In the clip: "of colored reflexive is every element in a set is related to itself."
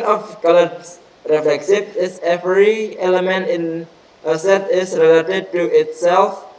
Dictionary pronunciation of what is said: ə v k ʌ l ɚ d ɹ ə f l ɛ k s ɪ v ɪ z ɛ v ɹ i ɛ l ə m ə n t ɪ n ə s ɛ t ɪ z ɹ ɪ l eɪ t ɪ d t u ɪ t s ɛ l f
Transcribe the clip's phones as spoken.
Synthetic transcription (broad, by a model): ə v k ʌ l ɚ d ɹ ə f l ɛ k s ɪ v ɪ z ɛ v ɹ i ɛ l ə m ə n t ɪ n ə s ɛ t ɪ s ɹ ɪ l eɪ t ɪ d t u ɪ t s ɛ l f